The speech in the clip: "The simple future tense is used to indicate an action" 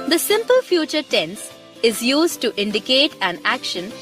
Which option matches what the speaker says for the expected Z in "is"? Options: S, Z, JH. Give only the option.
Z